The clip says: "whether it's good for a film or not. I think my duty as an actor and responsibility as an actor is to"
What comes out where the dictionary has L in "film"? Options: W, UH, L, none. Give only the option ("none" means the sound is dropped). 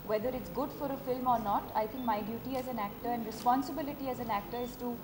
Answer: L